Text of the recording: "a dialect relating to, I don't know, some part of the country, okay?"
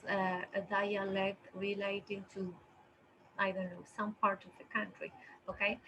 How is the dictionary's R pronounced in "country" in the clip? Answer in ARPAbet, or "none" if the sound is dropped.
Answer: R